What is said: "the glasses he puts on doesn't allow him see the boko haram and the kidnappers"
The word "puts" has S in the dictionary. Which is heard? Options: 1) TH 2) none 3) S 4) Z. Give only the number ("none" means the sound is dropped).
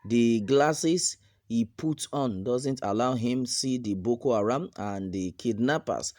2